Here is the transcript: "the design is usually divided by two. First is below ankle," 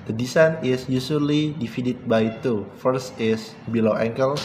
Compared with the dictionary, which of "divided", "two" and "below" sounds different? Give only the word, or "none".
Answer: divided